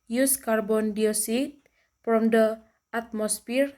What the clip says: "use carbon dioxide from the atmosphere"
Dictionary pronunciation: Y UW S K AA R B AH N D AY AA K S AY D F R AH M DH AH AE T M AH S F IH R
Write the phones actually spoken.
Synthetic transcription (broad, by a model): Y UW S K AA R B AH N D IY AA S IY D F R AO M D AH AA T M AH S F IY R